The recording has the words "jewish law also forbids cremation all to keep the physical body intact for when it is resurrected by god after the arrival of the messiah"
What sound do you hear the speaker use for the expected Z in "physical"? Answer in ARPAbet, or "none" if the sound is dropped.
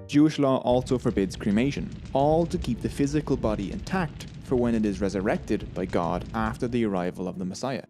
Z